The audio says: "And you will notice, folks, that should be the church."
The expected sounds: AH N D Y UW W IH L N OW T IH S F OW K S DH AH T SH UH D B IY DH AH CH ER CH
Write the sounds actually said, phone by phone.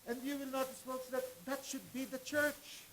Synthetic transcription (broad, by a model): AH N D Y UW W IH L N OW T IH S P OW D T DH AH T SH UH D B IY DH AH CH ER CH